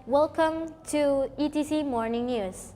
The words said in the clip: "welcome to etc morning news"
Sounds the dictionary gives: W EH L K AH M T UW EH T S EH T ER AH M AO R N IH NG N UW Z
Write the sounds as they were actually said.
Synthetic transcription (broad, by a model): W EH L K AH M T UW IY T IY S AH M AO R N IH NG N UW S